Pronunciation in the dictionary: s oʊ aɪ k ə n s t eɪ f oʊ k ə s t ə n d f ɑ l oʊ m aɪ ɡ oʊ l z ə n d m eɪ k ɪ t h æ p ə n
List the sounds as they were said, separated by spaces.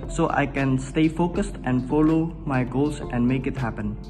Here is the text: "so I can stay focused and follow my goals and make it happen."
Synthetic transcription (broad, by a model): s oʊ aɪ k ə n s t eɪ f oʊ k ə s t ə n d f ɑ l oʊ m aɪ ɡ oʊ l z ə n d m eɪ k ɪ t h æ p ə n